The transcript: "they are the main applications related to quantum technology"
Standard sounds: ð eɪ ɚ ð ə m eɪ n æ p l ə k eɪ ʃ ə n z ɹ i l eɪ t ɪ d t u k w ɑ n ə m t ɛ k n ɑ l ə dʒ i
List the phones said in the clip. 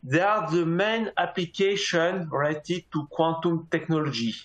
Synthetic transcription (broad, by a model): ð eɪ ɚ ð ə m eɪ n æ p l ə k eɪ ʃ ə n ɹ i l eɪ t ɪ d t u k w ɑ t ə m t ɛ k n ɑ l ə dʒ i